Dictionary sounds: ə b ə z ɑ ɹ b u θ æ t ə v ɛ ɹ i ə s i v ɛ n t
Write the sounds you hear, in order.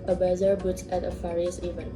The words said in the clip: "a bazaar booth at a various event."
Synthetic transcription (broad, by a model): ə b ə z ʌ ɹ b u t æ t ə f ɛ ɹ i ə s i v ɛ n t